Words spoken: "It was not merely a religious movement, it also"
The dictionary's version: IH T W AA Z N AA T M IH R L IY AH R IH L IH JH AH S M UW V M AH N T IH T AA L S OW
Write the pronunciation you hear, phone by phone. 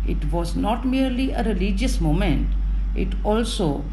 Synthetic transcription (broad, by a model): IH T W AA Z N AA T M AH R L IY AH R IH L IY JH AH S M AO M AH N T IH T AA L S OW